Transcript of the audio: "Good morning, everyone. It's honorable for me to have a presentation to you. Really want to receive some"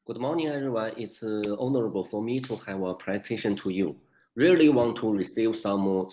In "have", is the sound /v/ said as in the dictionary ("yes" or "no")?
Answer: yes